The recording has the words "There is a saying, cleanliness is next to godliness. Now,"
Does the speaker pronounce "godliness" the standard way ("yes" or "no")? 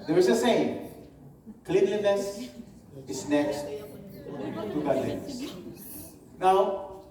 no